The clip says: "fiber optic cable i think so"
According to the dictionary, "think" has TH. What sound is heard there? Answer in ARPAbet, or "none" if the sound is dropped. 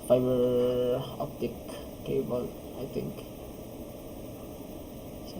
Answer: T